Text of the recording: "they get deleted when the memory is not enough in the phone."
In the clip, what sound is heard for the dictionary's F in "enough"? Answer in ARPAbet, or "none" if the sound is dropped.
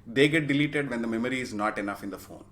F